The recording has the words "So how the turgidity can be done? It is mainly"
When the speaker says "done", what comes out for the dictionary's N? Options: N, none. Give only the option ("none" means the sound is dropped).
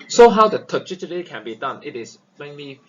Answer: N